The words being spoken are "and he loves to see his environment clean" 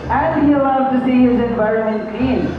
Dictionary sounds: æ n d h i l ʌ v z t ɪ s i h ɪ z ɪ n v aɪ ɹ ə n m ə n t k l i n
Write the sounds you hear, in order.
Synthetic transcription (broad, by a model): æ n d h i l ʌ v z t ɪ s i h ɪ z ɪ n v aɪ ɹ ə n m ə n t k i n